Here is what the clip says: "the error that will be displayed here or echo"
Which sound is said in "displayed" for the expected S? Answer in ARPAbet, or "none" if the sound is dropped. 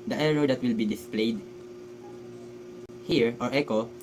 S